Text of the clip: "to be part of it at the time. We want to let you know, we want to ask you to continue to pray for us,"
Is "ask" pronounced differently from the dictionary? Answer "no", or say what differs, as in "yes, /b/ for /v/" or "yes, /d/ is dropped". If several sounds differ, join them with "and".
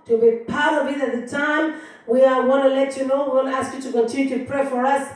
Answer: no